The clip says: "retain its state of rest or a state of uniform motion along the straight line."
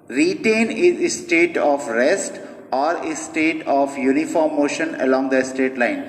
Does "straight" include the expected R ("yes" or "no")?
no